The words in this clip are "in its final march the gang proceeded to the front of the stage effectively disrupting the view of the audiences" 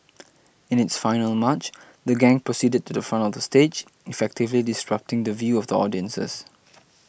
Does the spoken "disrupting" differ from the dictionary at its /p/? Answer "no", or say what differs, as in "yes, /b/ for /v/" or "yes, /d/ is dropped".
no